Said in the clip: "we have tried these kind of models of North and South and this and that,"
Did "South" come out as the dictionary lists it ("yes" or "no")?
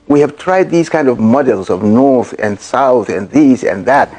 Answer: yes